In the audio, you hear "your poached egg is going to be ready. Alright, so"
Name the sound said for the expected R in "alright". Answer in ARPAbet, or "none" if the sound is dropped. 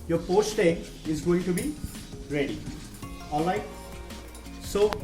none